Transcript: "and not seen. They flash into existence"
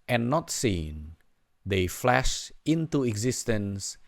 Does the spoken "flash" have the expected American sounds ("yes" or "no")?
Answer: yes